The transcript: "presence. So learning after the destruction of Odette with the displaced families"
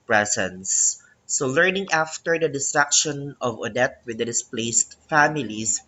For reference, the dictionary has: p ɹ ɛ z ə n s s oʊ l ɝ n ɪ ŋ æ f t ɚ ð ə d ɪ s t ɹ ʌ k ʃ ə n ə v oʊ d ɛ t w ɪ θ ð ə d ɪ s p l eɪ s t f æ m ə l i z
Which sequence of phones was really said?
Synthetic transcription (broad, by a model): p ɹ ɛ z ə n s s oʊ l ɝ n ɪ ŋ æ f t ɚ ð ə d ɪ s t ɹ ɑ k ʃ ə n ə v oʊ d ɛ t w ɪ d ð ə d ɪ s p l eɪ s t f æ m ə l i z